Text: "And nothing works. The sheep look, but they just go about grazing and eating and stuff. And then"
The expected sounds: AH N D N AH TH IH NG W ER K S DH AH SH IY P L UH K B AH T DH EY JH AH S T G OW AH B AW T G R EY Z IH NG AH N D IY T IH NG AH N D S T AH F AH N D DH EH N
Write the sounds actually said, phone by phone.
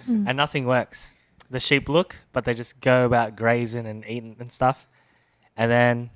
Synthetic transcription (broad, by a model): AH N N AH TH IH NG W ER K S DH AH SH IY P L UH K B AH T DH EY JH AH S G OW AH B AW T G R EY Z IH NG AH N IY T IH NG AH N S T AH F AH N DH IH N